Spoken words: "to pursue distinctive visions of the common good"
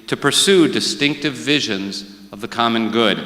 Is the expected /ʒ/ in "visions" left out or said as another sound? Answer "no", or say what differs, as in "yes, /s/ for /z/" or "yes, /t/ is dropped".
no